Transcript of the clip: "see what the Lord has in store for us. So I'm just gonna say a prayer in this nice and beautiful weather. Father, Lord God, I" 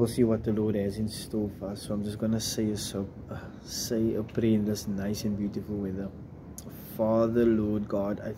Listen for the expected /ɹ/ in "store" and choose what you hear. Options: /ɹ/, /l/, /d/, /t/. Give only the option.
/l/